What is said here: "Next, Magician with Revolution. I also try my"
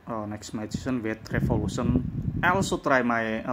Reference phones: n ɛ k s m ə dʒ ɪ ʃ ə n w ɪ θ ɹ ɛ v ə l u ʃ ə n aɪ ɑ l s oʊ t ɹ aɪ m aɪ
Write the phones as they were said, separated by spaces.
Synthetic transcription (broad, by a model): n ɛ k s m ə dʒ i s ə n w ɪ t ɹ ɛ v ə l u s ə n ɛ l s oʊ t ɹ aɪ m aɪ